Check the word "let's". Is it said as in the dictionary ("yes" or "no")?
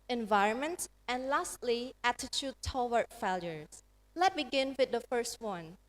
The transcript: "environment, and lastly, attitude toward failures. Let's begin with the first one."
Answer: no